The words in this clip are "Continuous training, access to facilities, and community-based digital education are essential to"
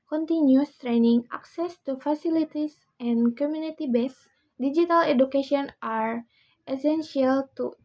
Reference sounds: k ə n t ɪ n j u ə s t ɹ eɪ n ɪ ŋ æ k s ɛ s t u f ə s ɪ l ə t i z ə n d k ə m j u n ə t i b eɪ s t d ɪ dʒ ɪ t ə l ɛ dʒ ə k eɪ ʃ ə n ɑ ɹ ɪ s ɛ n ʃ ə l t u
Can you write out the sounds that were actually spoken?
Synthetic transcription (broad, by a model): k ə n t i n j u s t ɹ eɪ n ɪ ŋ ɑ k s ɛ s t u f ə s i l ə t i s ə n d k ə m j u n ə t i b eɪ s d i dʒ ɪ t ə l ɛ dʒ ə k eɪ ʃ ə n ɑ ɹ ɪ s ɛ n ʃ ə l t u